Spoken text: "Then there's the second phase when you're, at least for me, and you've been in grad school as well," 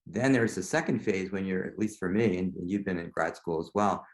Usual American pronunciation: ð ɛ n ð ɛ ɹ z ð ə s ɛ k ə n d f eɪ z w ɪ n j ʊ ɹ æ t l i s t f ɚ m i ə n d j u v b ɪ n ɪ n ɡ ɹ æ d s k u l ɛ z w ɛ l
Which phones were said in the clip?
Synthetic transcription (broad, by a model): ð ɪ n ð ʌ ɹ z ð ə s ɛ k ə n d f eɪ z w ɪ n j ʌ ɹ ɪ t l i s t f ɚ m i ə n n j u v b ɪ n ɪ n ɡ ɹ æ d s k u l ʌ z w ɛ l